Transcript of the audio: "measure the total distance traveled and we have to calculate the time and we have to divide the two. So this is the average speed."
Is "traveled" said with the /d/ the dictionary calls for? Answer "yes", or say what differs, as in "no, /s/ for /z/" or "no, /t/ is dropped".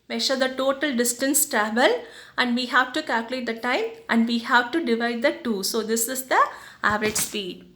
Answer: no, /d/ is dropped